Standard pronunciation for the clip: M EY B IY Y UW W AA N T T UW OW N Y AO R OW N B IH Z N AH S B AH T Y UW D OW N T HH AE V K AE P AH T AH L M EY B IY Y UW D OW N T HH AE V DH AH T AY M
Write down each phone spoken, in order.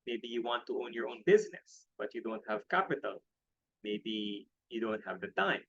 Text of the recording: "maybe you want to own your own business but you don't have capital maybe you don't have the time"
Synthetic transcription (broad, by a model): M EY B IY Y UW W AA N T T UW OW N Y AO R OW N B IH Z N AH S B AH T Y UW D OW N T HH AE V K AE P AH T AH L M EY B IY Y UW D OW N T HH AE V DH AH T AY M